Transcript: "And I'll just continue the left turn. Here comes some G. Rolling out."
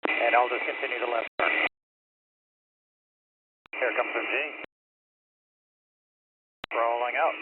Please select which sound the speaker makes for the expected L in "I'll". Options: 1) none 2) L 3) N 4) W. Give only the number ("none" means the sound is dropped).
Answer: 2